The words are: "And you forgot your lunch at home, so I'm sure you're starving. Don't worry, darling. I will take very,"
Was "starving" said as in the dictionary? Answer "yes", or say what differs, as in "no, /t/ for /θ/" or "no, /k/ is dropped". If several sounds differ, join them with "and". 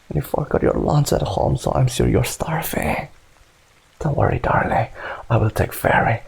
no, /f/ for /v/